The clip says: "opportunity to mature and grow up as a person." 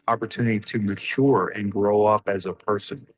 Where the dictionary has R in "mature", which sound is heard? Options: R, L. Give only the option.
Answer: R